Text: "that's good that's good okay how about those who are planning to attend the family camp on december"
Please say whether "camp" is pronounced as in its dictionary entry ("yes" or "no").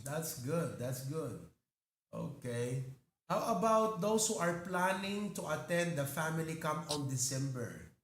no